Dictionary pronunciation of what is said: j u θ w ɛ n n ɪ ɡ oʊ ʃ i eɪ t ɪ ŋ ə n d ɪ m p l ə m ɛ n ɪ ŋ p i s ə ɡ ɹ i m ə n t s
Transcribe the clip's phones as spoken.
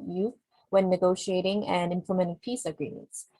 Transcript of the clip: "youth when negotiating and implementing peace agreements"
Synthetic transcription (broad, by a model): j u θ w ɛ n n ɪ ɡ oʊ ʃ i eɪ t ɪ ŋ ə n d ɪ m p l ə m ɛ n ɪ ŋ p i s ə ɡ ɹ i m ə n t s